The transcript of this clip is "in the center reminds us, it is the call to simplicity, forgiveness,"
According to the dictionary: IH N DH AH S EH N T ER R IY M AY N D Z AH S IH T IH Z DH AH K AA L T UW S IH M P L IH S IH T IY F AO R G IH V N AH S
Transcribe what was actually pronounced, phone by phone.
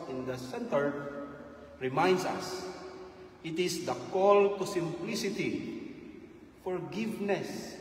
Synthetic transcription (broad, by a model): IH N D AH S EH N T ER R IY M AY N D S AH S IH T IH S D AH K AA L T UW S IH M P L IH S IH T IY F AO R G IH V N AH S